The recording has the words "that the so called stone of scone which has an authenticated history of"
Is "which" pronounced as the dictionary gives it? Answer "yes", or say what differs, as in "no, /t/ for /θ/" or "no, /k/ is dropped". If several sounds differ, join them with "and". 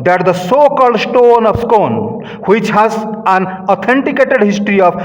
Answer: yes